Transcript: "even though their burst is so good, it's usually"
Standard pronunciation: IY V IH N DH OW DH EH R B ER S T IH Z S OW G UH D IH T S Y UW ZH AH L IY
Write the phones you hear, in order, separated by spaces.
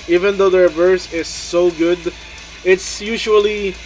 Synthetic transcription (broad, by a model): IY V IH N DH OW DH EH R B ER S IH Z S OW G UH D IH T S Y UW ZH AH L IY